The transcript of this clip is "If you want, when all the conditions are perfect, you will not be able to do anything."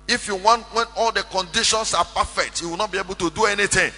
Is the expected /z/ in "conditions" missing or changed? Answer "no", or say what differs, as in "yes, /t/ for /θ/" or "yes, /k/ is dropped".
yes, /s/ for /z/